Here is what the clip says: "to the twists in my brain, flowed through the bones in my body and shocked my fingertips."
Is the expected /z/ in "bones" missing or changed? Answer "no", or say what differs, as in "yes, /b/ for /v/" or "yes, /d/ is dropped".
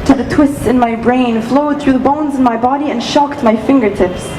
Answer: no